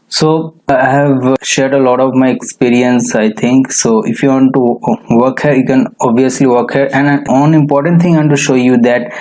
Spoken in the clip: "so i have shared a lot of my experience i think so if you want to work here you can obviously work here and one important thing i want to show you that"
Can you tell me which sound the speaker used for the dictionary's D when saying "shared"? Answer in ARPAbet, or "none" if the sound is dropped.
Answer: D